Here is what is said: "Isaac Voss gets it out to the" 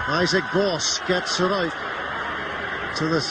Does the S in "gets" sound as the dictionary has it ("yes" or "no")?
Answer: yes